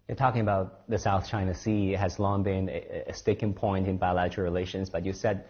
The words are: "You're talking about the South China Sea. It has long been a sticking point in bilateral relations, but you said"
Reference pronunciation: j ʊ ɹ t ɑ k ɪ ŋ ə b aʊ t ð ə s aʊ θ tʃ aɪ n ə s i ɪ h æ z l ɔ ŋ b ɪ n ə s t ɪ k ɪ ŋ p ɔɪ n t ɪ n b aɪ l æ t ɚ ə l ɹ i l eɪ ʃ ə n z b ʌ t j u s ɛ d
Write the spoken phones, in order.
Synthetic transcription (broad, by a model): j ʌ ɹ t ɑ k ɪ ŋ ə b aʊ t ð ə s aʊ θ tʃ aɪ n ə s i h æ z l ɔ ŋ b ɪ n ə s t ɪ k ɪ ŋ p ɔɪ n t ɪ n b aɪ l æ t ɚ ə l ɹ i l eɪ ʃ ə n z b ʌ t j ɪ s ɛ d